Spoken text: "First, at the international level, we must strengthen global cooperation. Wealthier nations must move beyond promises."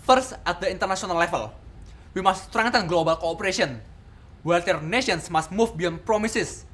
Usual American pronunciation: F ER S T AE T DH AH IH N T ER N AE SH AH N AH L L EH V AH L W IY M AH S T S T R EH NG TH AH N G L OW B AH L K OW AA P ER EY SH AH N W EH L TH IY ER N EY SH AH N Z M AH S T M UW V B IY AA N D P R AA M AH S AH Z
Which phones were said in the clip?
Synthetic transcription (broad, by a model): F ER S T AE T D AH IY N T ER N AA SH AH N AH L L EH F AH L W IY M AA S S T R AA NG T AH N G L OW B AH L K OW P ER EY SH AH N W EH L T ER N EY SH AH N S M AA S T M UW F B IY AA N P R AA M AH S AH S